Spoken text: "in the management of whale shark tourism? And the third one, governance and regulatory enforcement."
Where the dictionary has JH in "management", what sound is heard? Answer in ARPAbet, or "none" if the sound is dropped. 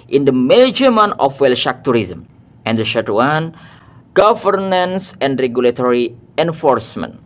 none